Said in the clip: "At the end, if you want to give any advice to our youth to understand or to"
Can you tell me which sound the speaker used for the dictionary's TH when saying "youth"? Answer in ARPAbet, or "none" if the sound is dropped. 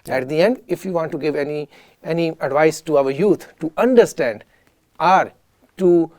T